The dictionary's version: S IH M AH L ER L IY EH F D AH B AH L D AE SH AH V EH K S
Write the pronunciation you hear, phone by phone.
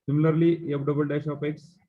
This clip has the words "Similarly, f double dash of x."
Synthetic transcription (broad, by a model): S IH M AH L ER L IY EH P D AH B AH L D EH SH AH P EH K S